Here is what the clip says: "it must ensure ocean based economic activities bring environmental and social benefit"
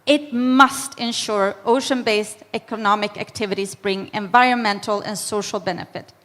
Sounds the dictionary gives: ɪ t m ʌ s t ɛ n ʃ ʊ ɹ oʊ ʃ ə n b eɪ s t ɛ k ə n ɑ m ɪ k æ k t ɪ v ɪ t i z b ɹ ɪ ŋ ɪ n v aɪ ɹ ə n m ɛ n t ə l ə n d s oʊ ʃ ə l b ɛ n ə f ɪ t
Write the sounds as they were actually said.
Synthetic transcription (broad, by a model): ɪ t m ʌ s t ɛ n ʃ ʊ ɹ oʊ ʃ ə n b eɪ s t ɛ k ə n ɑ m ɪ k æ k t ɪ v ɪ t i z b ɹ ɪ ŋ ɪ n v aɪ ɹ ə n m ɛ n t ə l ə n s oʊ ʃ ə l b ɛ n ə f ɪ t